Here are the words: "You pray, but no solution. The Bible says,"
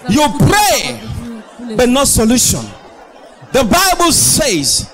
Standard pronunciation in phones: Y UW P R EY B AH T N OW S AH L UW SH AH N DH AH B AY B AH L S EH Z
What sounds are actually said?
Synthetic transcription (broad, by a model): Y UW P R EY B AH T N OW S AH L UW SH AH N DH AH B AY B AH L S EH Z